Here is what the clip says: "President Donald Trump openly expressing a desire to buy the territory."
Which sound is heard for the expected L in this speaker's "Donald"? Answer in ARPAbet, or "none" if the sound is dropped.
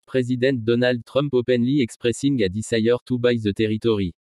L